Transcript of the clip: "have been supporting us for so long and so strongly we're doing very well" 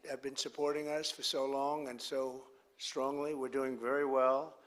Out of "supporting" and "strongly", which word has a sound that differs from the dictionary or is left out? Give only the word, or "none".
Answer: none